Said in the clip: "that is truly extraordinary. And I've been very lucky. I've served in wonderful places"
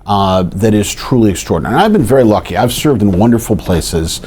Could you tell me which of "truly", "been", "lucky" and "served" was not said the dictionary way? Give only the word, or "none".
none